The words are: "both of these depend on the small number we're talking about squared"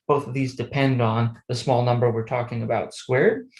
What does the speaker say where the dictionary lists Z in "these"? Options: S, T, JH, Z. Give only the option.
Z